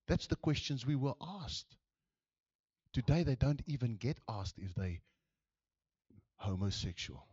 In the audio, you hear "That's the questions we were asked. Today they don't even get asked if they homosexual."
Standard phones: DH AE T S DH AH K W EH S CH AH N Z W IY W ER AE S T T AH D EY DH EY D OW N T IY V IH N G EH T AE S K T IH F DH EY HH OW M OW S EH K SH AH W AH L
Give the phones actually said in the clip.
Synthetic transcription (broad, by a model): DH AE T S DH AH K W EH S CH AH N Z W IY W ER AE S T T AH D EY DH EY D OW N T IY V IH N G EH T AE S K T IH F DH EY HH OW M OW S EH K SH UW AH L